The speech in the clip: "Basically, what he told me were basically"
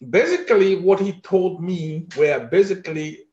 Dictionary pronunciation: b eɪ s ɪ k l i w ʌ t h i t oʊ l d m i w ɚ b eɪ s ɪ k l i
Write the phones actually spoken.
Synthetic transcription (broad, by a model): b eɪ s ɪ k l i w ʌ t h i t oʊ l d m i w ɚ b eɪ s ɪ k l i